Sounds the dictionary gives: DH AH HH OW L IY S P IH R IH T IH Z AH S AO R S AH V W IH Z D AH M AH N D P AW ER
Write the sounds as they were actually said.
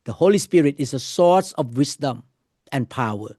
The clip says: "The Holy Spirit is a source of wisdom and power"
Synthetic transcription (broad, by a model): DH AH HH OW L IY S P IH R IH T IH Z AH S AO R S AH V W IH S D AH M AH N P AW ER